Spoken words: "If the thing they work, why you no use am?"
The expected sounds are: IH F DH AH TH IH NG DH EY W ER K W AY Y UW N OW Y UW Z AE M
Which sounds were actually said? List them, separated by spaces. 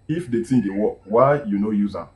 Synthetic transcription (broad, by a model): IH F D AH T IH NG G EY W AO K W AY Y UW N OW Y UW Z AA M